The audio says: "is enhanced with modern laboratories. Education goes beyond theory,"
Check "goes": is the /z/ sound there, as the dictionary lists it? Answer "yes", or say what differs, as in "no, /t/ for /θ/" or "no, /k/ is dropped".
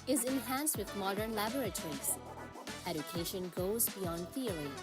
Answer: yes